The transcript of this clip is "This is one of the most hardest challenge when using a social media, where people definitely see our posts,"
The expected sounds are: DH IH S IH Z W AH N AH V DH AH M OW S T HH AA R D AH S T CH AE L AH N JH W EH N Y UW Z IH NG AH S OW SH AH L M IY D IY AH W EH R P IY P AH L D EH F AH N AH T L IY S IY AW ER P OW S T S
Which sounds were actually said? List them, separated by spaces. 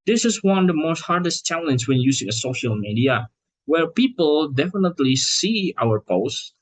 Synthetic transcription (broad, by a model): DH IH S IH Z W AH N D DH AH M OW S T HH AA R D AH S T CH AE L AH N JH W EH N Y UW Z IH NG AH S OW SH AH L M IY D IY AH W EH R P IY P AH L D EH F AH N AH T L IY S IY AW ER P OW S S